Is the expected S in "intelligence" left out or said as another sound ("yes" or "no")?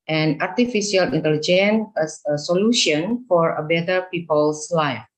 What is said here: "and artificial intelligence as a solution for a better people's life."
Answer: yes